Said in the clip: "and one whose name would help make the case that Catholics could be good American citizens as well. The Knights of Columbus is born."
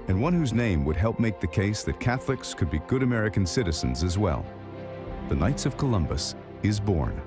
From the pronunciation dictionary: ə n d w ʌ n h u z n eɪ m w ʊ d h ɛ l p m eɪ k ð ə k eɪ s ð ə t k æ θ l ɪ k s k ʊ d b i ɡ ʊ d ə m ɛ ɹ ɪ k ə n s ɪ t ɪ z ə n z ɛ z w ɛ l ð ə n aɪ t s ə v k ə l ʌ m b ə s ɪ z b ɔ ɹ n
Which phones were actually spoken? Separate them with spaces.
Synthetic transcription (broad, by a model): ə n w ʌ n h u z n eɪ m w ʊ d h ɛ l p m eɪ k ð ə k eɪ s ð ə t k æ θ l ɪ k s k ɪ d b i ɡ ʊ d ə m ɛ ɹ ɪ k ə n s ɪ t ɪ z ə n z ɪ z w ɛ l ð ə n aɪ t s ə v k ə l ʌ m b ə s ɪ z b ɔ ɹ n